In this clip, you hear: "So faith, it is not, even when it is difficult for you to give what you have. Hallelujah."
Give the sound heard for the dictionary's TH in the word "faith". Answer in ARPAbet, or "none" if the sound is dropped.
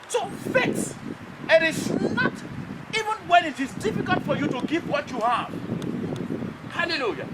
S